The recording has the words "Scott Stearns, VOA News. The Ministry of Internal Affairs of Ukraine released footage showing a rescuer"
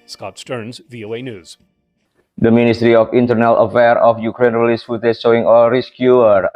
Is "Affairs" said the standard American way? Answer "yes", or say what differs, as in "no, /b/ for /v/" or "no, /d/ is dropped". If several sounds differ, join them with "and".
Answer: no, /z/ is dropped